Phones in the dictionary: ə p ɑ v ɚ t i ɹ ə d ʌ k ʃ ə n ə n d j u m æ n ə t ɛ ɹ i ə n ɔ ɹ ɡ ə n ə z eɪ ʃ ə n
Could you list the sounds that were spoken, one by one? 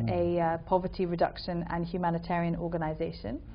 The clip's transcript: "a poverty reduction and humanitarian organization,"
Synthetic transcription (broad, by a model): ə p ɑ v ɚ t i ɹ ə d ʌ k ʃ ə n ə n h j u m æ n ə t ɛ ɹ i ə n ɔ ɡ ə n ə z eɪ ʃ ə n